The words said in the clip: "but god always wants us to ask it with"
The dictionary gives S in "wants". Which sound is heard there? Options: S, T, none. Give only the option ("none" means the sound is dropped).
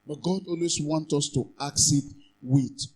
none